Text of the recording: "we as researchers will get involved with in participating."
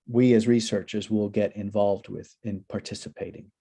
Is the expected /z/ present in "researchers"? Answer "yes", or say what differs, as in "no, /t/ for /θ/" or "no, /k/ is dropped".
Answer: yes